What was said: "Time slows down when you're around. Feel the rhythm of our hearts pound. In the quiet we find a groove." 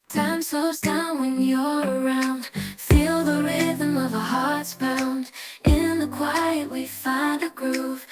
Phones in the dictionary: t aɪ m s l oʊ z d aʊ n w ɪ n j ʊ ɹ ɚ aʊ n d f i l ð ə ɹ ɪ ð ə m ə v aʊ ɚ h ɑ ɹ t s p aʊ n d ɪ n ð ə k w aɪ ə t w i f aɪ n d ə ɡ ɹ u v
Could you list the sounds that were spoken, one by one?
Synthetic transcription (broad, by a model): t aɪ m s oʊ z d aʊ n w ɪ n j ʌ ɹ ɚ aʊ n d f i l ð ə ɹ ɪ ð ə m ə v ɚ h ɑ ɹ t s b aʊ n d ɪ n ð ə k w aɪ ə t w i f aɪ n d ə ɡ ɹ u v